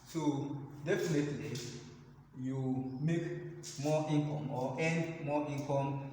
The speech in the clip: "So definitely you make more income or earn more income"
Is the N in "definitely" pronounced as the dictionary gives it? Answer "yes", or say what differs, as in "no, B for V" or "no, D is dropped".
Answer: yes